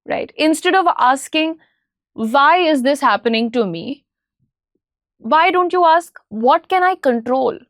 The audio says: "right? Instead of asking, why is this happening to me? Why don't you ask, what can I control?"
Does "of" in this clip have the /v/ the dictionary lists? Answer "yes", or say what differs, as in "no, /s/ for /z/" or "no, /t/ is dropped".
yes